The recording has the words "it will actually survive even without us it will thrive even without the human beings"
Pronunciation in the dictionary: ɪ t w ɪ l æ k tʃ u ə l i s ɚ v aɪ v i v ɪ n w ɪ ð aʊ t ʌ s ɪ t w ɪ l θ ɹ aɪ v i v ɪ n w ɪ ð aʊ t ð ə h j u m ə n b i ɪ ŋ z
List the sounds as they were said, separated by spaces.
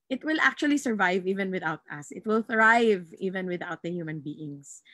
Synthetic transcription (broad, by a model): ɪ t w ɪ l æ k tʃ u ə l i s ɚ v aɪ v i v ɪ n w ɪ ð aʊ t ʌ s ɪ t w ɪ l θ ɹ aɪ v i v ɪ n w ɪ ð aʊ t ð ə h j u m ə n b i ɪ ŋ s